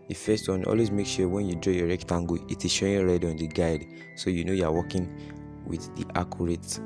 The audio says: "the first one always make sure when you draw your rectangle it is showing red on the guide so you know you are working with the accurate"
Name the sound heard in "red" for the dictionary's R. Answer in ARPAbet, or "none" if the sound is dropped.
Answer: R